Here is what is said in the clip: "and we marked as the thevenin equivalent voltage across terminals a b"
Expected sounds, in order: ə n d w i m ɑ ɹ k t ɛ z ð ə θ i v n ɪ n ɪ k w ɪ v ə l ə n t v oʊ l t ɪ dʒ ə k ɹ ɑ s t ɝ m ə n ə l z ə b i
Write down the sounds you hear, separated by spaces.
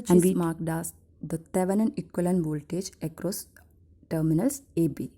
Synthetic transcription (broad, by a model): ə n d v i m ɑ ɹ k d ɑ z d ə t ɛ v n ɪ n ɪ k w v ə l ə n v oʊ l t ɪ dʒ ə k ɹ ɑ s t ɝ m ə n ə l s ə b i